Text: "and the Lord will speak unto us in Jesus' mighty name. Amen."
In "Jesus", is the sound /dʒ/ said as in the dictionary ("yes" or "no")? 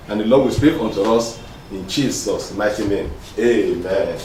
no